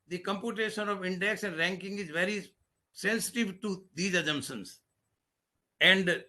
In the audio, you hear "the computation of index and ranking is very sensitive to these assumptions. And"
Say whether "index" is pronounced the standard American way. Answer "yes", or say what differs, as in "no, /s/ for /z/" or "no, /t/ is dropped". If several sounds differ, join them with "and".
yes